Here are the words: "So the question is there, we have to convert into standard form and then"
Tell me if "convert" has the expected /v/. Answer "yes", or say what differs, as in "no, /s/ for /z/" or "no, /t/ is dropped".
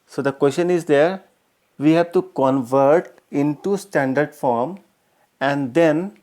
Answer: yes